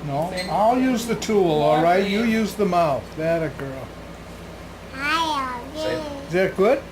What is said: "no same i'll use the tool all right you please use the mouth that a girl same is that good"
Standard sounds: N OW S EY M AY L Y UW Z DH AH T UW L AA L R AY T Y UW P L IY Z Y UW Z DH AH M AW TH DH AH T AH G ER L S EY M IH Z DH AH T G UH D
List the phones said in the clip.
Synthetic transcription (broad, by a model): N OW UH AY L Y UW Z DH AH T UW L AA L R AY T Y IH Y UW Z DH AH M AW TH DH AH T AH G ER L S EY IH Z DH AH T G UH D